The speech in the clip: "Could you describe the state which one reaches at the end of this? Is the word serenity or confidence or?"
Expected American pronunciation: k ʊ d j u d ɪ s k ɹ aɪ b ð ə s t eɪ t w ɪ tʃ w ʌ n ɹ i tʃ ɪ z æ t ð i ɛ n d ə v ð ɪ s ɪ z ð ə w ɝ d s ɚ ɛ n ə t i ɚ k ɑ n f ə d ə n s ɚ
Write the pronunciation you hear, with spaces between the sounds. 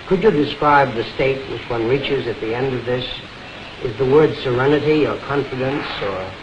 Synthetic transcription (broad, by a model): k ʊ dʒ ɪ d ɪ s k ɹ aɪ b ð ə s t eɪ t w ɪ tʃ w ʌ n ɹ i tʃ ɪ z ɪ t ð i ɛ n d ə v ð ɪ s ɪ z ð ə w ɝ d s ɚ ɛ n ə t i ɚ k ɑ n f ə d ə n s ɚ